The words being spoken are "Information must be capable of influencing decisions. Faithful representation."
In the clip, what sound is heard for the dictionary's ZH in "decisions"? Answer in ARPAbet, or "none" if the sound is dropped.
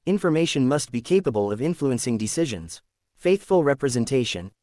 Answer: ZH